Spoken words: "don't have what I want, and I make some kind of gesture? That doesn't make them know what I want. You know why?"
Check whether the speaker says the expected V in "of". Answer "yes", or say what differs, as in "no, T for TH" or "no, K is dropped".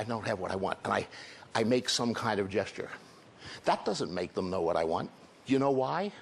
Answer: yes